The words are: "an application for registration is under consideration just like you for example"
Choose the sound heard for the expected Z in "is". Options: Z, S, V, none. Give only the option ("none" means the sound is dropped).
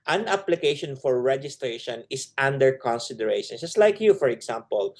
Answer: S